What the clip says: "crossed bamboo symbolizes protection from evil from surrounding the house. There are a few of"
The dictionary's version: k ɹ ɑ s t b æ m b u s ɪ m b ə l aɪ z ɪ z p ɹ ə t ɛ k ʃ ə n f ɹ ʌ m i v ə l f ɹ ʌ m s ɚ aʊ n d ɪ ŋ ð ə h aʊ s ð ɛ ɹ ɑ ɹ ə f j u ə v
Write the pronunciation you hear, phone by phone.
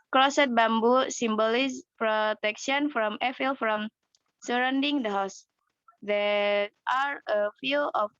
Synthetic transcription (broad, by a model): k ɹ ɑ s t b æ m b u s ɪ m b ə l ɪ s p ɹ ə t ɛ k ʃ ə n f ɹ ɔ m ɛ f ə l f ɹ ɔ m s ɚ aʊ n d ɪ ŋ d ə h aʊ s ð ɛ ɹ ɑ ɹ ə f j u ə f